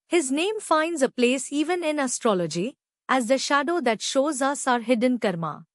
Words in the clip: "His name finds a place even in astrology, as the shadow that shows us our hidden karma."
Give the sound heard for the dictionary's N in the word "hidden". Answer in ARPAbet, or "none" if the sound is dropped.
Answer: N